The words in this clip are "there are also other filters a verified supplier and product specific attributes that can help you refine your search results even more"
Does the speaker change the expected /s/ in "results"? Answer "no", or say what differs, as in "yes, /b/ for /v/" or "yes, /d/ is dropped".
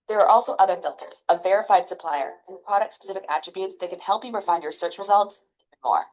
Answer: no